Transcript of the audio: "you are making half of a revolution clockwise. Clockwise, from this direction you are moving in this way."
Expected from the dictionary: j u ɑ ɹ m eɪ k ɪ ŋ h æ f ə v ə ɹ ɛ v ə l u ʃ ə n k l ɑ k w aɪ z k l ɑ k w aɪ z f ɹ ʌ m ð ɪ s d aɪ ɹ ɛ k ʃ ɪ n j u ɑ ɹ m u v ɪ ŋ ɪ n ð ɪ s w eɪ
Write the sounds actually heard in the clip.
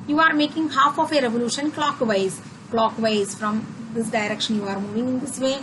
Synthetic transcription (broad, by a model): j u ɑ ɹ m eɪ k ɪ ŋ h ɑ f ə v ə ɹ ɛ v ə l u ʃ ə n k l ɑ k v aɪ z k l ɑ k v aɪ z f ɹ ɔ m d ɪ s d aɪ ɹ ɛ k ʃ ɪ n j u ɑ ɹ m u v ɪ ŋ ɪ n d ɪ s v eɪ